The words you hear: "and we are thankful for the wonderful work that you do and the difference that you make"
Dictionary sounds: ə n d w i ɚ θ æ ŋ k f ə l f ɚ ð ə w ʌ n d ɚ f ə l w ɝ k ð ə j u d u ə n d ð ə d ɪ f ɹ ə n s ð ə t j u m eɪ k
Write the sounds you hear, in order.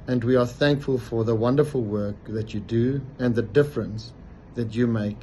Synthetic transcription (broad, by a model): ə n d w i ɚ θ æ ŋ k f ə l f ɚ ð ə w ʌ n d ɚ f ə l w ɝ k ð ə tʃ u d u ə n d ð ə d ɪ f ɹ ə n s ð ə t j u m eɪ k